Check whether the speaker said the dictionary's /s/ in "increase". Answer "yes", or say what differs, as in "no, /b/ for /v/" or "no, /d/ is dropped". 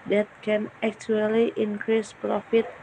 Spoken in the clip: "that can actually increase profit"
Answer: yes